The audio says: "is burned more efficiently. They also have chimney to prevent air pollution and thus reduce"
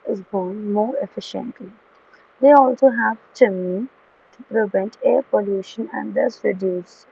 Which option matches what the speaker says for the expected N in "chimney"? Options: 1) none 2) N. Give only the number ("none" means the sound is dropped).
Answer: 1